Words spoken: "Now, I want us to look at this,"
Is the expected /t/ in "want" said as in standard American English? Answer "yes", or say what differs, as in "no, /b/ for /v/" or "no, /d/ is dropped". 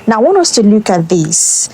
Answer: no, /t/ is dropped